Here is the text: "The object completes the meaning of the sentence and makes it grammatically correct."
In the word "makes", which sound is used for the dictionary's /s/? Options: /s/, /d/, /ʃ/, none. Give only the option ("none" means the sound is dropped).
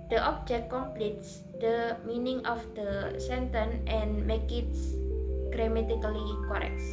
none